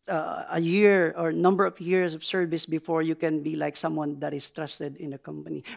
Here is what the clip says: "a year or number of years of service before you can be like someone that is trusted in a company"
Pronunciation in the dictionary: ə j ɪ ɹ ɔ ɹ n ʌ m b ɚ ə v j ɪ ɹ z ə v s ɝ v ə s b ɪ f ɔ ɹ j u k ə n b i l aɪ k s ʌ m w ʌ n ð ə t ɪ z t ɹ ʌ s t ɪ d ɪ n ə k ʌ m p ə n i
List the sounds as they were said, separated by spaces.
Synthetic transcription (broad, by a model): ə j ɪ ɹ ɔ ɹ n ʌ m b ɚ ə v j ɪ ɹ s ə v s ɝ v ə s b ɪ f ɔ ɹ j u k ə n b i l aɪ k s ʌ m w ʌ n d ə t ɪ s t ɹ ʌ s t ɪ d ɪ n ə k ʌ m p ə n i